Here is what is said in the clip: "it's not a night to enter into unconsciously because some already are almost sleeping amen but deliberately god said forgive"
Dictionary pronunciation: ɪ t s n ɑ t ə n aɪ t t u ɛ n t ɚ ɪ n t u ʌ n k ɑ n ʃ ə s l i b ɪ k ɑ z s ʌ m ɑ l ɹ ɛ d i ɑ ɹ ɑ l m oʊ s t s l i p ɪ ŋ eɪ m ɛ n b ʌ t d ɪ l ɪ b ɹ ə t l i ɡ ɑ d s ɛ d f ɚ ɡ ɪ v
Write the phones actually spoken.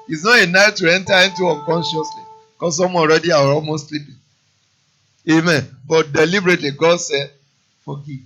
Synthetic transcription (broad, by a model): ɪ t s n ɑ t ə n aɪ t t u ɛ n t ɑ ɪ n t u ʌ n k ɑ n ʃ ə s l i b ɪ k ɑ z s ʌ m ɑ n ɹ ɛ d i ɑ w ɑ l m oʊ s t s l i p ɪ ŋ eɪ m ɛ n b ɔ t d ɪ l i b ɹ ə t l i ɡ ɑ d s ɛ d f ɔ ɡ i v